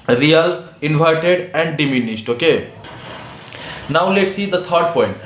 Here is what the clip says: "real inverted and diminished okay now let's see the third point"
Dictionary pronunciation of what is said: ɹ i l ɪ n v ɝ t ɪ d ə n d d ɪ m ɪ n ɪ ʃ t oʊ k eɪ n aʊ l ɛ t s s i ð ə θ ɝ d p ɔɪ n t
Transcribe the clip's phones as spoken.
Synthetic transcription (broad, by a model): ɹ i l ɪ n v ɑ t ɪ d ə n d d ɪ m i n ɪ s t oʊ k eɪ n aʊ l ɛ t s s i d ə t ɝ d p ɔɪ n t